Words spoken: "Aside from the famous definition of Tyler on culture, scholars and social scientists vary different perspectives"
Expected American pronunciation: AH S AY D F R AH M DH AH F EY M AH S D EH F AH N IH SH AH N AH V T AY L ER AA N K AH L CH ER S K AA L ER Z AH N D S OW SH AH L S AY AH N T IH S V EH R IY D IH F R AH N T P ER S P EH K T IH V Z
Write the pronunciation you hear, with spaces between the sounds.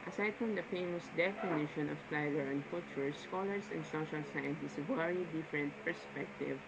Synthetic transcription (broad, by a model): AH S AY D F R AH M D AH F EY M AH S D EH F AH N IH SH AH N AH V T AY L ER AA N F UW CH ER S K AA L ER S AH N D S OW SH AH L S AY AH N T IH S V EH R IY D IH F R AH N T P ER S P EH K T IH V